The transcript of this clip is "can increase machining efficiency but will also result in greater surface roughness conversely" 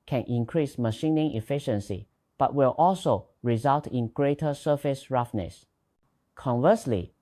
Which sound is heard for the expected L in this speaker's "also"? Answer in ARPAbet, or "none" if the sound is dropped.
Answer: L